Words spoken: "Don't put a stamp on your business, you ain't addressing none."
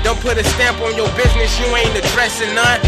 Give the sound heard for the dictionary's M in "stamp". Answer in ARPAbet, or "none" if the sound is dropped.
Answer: M